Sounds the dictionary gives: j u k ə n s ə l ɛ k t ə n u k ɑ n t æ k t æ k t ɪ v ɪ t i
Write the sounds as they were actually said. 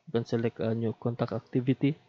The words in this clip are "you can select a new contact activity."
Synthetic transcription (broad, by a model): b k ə n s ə l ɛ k ə n u k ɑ n t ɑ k æ k t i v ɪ t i